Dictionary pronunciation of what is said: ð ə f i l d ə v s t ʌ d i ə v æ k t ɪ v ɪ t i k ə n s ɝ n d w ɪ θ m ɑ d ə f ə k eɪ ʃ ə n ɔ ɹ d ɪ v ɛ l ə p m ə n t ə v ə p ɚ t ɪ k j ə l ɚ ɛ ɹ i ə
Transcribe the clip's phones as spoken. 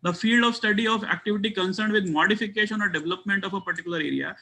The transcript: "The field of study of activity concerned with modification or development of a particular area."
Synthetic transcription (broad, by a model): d ə f i l d ə v s t ʌ d i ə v æ k t ɪ v ɪ t i k ə n s ɝ n d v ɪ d m ɑ d ə f ə k eɪ ʃ ə n ɔ ɹ d ɪ v ɛ l ə p m ə n t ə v ə p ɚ t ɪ k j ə l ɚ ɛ ɹ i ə